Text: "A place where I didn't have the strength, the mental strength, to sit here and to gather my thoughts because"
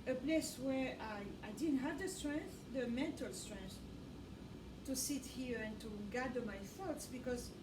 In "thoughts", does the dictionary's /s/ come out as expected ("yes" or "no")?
yes